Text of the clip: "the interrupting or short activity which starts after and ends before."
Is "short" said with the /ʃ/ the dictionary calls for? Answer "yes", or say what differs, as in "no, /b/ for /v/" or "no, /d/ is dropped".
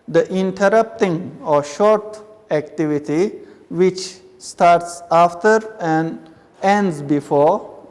yes